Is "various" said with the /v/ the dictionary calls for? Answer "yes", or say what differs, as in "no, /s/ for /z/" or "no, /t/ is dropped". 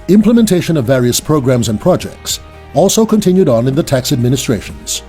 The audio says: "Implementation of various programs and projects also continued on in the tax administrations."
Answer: yes